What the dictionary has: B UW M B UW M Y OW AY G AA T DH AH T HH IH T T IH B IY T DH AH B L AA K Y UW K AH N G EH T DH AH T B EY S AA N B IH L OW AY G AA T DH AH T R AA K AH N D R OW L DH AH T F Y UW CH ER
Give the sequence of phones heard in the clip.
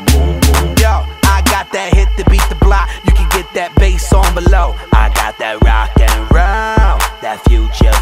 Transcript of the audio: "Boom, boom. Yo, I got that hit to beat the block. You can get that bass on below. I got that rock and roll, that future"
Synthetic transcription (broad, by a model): Y OW AY G AA T DH AH T HH IH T T IH B IY T DH AH B L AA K Y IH K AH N G EH T DH AH T B EY S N B IH L OW AY G AA T DH AH T R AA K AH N R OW N DH AH T F Y UW CH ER